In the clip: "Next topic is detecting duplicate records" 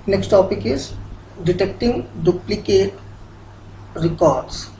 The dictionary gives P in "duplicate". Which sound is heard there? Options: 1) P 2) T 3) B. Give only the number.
1